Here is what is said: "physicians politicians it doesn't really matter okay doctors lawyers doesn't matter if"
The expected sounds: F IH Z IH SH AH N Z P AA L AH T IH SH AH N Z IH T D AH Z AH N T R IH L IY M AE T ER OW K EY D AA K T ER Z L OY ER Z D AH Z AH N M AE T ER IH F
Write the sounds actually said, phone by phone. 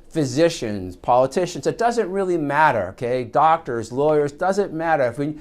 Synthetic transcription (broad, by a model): F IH Z IH SH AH N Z P AA L AH T IH SH AH N Z IH T D AH Z AH N T R IH L IY M AE T ER OW K EY D AA K T ER Z L OY ER Z D AH Z AH N M AE T ER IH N